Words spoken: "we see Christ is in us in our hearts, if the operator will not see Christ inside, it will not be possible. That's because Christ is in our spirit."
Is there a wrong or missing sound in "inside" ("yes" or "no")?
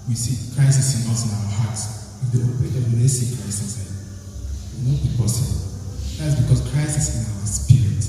yes